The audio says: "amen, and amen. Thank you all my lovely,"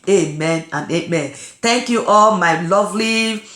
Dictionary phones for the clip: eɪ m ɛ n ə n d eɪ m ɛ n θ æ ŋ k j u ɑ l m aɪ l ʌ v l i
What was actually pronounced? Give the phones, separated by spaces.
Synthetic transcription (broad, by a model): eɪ m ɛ n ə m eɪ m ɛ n t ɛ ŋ k j u ɑ l m aɪ l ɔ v l i